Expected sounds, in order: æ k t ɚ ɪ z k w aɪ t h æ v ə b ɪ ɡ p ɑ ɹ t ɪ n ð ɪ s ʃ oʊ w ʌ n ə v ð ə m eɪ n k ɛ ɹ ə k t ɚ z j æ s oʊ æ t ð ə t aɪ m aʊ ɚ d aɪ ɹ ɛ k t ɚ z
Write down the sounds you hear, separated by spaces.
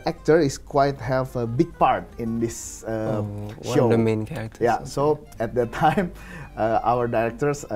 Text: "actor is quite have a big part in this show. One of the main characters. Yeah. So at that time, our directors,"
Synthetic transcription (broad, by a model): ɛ k t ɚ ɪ s k w aɪ t h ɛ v ə b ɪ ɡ p ɑ ɹ t ɪ n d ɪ s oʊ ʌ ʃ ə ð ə m eɪ n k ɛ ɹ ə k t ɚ j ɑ s oʊ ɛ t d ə t aɪ m aʊ ɚ d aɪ ɹ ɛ k t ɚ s